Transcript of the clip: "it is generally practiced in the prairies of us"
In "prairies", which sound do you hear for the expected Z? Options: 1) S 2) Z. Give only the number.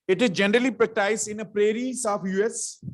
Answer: 1